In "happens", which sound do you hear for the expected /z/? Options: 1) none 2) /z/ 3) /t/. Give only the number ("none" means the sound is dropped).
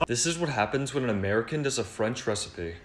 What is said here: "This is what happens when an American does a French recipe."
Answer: 2